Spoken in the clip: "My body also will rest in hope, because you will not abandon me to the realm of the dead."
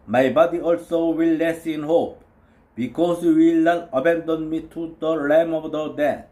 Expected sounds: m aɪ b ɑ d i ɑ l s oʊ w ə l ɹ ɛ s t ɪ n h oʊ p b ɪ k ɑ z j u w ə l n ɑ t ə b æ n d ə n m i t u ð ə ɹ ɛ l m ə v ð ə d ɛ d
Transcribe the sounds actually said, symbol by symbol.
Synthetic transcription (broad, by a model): m aɪ b ɑ d i ɑ l s oʊ w ə l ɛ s ɪ n h oʊ p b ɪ k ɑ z j u w ə l n ɑ t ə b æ n d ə n m i t u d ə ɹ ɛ m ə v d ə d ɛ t